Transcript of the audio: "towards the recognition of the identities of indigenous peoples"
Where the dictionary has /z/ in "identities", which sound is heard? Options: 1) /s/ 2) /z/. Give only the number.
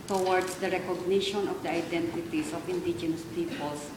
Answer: 1